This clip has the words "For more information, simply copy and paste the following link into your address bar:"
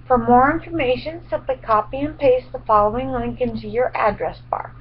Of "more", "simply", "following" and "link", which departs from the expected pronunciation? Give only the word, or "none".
simply